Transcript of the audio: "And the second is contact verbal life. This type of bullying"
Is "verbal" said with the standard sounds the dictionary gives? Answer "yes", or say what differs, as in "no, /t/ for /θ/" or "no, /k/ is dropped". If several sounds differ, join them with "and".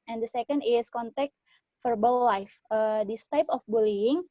no, /f/ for /v/